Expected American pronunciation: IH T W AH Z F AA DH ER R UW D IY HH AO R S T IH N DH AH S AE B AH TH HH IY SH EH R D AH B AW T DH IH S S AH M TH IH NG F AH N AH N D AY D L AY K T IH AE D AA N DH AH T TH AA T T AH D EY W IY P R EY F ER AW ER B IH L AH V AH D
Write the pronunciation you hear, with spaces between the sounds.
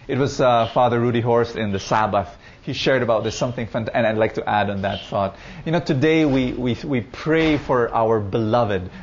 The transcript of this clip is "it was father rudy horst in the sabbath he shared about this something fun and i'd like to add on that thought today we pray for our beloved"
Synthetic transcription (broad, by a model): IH T W AH Z F AA DH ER R UW D IY HH AO R S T IH N DH AH S AE B AH TH HH IY SH EH R D AH B AW T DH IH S S AH M TH IH NG F AH N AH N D AY D L AY K T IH AE D N DH AH T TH AA T T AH D EY W IY P R EY F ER AW ER B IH L AH V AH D